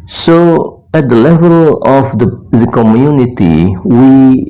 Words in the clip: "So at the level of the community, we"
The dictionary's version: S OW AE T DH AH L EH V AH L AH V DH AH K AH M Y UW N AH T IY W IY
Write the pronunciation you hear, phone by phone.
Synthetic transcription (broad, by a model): S OW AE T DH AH L EH V AH L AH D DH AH K AH M Y UW N AH T IY W IY